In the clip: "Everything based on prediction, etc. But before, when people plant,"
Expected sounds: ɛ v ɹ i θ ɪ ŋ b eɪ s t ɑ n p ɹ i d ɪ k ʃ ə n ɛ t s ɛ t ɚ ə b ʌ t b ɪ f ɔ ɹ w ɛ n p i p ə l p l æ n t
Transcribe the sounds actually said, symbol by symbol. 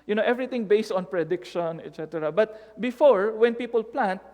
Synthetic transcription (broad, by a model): ɛ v ɹ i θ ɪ ŋ b eɪ s t ɑ n p ɹ i d ɪ k ʃ ə n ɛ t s ɛ t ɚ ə b ʌ t b ɪ f ɔ ɹ w ɛ n p i p ə l p l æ n t